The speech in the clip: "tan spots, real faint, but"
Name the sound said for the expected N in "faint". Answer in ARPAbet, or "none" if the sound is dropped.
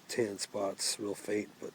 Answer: none